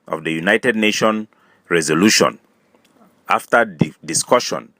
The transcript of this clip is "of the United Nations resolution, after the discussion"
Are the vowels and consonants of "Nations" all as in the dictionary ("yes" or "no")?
no